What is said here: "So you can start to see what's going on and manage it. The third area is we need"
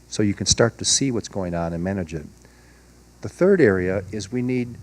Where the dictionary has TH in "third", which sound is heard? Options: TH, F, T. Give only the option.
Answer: TH